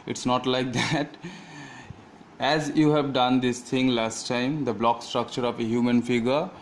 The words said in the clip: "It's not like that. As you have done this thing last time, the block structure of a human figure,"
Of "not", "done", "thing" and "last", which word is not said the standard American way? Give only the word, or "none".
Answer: thing